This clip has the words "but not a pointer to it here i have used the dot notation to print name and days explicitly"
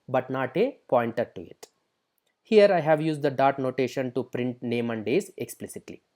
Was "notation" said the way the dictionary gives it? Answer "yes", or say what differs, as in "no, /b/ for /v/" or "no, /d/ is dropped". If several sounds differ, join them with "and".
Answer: yes